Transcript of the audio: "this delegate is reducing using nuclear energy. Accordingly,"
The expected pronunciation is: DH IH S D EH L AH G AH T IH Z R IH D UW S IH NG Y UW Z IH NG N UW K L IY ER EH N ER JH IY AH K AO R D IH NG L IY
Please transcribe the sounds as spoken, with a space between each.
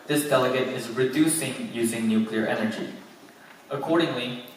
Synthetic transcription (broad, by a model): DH IH S D EH L AH G AH T IH Z R IH D UW S IH NG Y UW Z IH NG N UW K L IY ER EH N ER JH IY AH K AO R D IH NG L IY